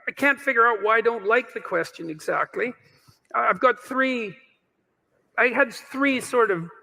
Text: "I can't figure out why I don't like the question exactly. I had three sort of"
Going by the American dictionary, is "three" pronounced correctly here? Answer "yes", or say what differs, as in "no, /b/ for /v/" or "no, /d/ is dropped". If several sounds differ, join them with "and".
yes